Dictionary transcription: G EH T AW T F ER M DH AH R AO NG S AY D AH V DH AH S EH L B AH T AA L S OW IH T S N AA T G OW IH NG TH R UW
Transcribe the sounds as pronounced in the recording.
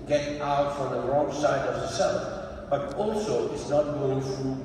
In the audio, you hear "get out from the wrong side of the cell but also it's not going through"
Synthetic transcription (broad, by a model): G EH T AW T F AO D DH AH R AO NG S AY D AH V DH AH S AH N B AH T AA L S OW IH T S N AA T G OW IH NG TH R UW